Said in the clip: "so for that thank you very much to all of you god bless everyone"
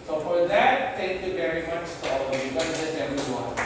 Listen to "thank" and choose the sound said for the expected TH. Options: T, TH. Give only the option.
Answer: T